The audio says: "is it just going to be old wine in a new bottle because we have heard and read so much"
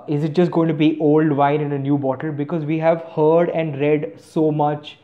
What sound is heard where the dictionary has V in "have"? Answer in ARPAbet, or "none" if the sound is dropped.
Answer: V